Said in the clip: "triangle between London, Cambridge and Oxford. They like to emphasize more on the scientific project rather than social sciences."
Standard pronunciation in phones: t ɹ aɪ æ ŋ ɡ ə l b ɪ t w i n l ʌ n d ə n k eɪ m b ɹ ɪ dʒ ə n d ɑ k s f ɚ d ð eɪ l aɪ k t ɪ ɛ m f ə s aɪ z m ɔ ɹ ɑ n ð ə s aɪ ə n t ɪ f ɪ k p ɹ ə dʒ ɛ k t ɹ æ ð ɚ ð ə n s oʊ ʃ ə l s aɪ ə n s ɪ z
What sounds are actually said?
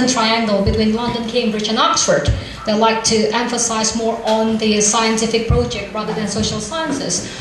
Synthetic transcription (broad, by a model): t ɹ aɪ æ ŋ ɡ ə l b ɪ t w i n l ʌ n d ə n k eɪ m b ɹ ɪ dʒ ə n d ɑ k s f ɚ d ð eɪ l aɪ k t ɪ ɛ m f ə s aɪ z m ɔ ɹ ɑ n ð ə s aɪ ə n t ɪ f ɪ k p ɹ ə dʒ ɛ k t ɹ æ ð ɚ ð ə n s oʊ ʃ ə l s aɪ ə n s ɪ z